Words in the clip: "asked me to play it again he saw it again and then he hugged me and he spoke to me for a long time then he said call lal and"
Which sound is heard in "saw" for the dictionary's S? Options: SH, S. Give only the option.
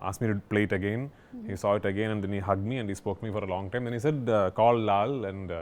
S